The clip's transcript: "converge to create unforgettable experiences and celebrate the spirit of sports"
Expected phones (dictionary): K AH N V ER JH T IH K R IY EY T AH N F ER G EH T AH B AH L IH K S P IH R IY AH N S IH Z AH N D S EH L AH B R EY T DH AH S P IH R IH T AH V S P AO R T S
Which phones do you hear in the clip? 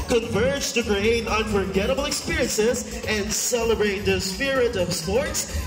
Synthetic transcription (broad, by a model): K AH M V ER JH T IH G R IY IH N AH N F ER G EH T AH B L IH K S P IH R IY AH N S IH Z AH N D S EH L AH B R EY T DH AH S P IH R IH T AH V S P AO R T S